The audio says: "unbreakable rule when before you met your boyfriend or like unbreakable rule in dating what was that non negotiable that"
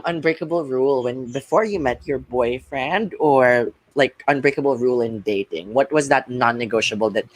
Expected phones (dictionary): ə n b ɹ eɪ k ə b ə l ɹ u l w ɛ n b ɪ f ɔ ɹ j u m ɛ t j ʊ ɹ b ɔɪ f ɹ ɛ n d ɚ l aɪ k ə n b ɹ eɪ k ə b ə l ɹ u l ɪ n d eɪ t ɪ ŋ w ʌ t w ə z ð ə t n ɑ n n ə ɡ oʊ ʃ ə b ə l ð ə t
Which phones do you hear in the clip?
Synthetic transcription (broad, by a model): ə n b ɹ eɪ k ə b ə l ɹ u l w ɛ n b ɪ f ɔ ɹ j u m ɛ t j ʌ ɹ b ɔɪ f ɹ ɛ n d ɚ l aɪ k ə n b ɹ eɪ k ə b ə l ɹ u l ɪ n d eɪ t ɪ ŋ w ʌ t w ə z ð ə t n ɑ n n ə ɡ oʊ ʃ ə b l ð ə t